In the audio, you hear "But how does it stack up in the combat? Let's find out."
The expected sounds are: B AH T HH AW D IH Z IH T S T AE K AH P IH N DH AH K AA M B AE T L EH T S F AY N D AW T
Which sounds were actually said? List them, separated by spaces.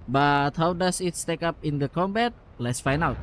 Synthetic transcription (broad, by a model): B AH T HH AW D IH S IH T S T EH K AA P IH N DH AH K AA M B AE T L EH T S F AY N AW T